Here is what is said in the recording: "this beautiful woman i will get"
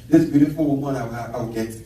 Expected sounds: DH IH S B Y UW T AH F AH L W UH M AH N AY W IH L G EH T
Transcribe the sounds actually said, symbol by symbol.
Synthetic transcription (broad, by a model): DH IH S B Y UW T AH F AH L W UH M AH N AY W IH W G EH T